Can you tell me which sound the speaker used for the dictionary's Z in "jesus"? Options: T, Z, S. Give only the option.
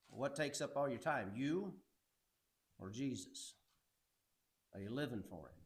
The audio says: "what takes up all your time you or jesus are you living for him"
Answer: Z